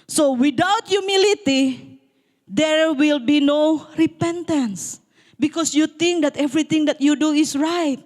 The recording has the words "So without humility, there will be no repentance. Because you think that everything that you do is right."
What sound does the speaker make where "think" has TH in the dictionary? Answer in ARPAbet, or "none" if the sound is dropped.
T